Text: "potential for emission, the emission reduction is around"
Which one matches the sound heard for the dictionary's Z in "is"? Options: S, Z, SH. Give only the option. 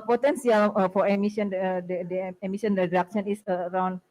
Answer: S